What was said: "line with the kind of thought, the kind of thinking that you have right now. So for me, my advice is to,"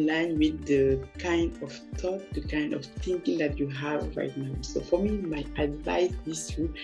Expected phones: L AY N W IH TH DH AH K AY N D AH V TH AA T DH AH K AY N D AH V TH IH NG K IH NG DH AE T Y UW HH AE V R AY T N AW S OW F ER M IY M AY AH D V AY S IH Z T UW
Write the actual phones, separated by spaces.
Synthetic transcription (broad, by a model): L AY N W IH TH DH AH K AY N D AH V T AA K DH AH K AY N D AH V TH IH NG K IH NG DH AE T Y UW HH AE V R AY T N AW S OW F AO M IY M AY AH D V AY S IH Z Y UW